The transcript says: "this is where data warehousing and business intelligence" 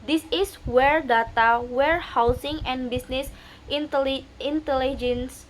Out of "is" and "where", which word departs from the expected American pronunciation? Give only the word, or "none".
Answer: is